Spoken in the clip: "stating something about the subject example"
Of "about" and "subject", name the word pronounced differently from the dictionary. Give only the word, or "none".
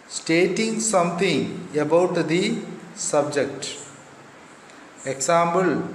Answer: none